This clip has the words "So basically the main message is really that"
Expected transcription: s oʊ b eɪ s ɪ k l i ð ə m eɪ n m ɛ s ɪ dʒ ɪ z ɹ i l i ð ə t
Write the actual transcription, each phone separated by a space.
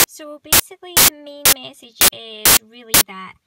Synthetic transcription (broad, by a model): s oʊ b eɪ s ɪ k l i ð ə m eɪ n m ɛ s ɪ dʒ ɪ z ɹ i l i ð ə t